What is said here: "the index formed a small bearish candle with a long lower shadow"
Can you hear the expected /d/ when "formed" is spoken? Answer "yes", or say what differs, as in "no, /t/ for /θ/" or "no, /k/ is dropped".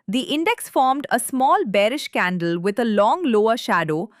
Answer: yes